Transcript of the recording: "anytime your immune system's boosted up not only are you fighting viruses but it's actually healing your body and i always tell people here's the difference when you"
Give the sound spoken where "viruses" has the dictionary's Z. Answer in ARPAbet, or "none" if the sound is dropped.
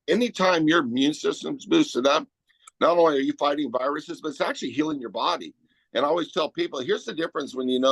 Z